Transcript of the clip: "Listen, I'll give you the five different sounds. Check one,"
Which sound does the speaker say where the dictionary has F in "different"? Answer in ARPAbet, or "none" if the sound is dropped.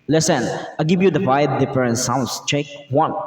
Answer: P